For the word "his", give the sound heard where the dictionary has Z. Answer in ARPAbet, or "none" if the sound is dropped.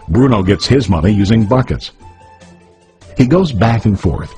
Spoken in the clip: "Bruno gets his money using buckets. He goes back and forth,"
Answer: Z